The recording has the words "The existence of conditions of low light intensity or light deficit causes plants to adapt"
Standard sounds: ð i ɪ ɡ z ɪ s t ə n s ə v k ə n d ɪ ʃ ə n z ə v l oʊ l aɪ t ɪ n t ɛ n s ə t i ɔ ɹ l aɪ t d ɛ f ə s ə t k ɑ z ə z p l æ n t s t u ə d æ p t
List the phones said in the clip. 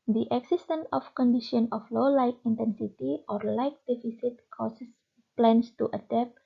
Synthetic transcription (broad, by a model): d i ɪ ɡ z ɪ s t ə n ə f k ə n d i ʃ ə n ə f l oʊ l aɪ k ɪ n t ɛ n s ə t i ɔ ɹ l aɪ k d ɛ f ə s ə t k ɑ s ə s p l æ n s t u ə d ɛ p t